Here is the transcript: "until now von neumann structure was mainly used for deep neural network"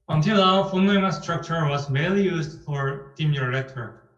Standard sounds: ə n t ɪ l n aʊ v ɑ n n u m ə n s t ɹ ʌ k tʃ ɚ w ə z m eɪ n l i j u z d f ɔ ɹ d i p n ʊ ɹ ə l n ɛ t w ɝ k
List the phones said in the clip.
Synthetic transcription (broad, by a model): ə n t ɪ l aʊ f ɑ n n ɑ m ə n s t ɹ ʌ k tʃ ɚ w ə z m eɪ l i j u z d f ɔ ɹ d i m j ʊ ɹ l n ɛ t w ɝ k